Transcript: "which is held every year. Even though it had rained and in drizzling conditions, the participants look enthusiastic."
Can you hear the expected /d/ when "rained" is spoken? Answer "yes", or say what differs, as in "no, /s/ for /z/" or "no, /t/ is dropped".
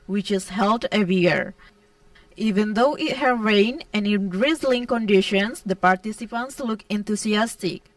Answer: no, /d/ is dropped